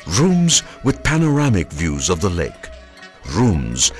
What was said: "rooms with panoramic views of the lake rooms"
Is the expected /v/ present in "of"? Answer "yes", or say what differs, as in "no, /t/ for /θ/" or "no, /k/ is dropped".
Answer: yes